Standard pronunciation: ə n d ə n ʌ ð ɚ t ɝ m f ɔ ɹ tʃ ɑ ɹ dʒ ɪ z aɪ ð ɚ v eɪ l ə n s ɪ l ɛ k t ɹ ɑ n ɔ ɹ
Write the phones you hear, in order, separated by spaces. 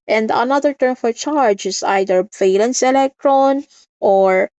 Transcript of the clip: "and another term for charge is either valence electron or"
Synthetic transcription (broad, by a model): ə n d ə n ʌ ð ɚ t ɝ m f ɔ ɹ tʃ ɑ ɹ dʒ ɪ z aɪ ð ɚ v eɪ l ə n s ɪ l ɛ k t ɹ ɑ n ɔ ɹ